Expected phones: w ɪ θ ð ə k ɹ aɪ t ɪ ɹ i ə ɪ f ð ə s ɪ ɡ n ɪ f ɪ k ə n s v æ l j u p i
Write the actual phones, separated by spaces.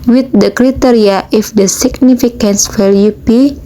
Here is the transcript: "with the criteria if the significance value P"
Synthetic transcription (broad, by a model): w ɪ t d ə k ɹ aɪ t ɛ ɹ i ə ɪ f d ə s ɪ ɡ n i f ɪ k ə n s f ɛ l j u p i